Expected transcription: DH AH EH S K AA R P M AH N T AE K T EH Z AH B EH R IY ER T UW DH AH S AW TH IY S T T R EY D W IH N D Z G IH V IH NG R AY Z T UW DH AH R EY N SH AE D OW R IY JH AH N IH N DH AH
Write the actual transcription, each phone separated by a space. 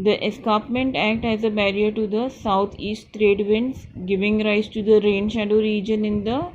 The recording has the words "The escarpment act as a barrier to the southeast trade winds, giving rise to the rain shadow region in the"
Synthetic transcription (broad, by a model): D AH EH S K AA P M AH N T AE K T EH Z AH B EH R IY ER T UW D AH S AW T IY S T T R EY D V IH N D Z G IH V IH NG R AY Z T UW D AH R EY N SH AE D OW R IY JH AH N IH N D AH